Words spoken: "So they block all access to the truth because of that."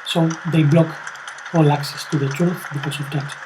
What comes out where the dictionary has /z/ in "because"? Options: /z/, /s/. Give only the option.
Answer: /s/